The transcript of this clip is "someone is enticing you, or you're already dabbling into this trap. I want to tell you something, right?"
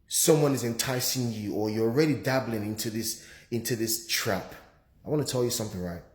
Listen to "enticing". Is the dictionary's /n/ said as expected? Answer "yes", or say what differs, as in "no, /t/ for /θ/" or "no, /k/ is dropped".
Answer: yes